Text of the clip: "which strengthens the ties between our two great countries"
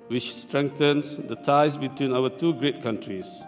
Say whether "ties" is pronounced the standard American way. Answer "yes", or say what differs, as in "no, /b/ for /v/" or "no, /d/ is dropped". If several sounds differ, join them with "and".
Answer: no, /s/ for /z/